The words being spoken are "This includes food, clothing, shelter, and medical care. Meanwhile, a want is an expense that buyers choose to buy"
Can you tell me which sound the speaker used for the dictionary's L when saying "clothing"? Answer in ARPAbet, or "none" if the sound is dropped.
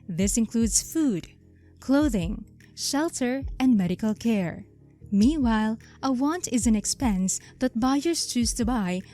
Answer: L